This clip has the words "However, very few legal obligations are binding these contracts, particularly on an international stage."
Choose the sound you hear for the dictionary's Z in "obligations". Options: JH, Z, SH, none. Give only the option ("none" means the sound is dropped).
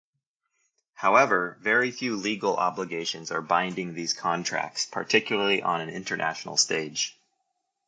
Z